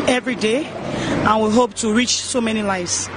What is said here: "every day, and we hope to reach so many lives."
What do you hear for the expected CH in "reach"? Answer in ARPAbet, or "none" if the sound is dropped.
CH